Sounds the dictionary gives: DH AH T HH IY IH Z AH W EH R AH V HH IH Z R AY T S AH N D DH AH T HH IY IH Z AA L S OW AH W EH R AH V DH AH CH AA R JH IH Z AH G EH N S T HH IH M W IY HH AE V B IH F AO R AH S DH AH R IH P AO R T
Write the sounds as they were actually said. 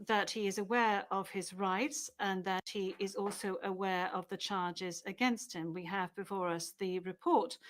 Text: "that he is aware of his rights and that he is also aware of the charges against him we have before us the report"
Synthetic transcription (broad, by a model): DH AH T HH IY IH Z AH W EH R AH V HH IH Z R AY T S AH N DH AH T HH IY IH Z AA L S OW AH W EH R AH V DH AH CH AA R JH IH Z AH G EH N S T HH IH M W IY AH V B IH F AO R AH S DH AH R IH P AO R T